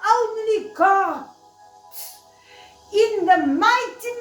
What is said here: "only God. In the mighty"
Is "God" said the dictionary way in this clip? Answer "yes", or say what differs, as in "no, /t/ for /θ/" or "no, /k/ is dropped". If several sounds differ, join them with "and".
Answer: no, /d/ is dropped